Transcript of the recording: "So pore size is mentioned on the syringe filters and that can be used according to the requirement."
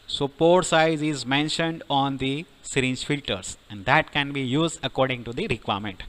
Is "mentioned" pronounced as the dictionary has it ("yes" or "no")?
yes